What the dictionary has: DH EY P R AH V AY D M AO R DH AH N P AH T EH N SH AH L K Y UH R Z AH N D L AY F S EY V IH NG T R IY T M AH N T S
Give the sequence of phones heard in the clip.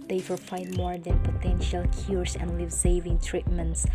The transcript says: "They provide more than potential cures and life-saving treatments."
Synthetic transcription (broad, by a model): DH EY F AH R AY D M AO R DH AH N P AH T EH N SH AH L K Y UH R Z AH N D L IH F S EY V IH NG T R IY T M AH N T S